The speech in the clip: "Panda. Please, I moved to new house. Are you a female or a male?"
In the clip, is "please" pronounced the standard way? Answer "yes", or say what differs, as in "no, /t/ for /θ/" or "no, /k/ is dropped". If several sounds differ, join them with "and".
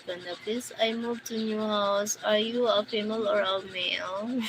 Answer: no, /s/ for /z/